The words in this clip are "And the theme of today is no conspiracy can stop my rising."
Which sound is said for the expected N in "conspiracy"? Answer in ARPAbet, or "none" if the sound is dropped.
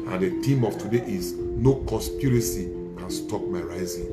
none